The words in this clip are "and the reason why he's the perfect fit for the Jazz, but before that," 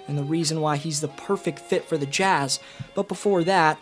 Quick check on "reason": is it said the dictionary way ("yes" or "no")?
yes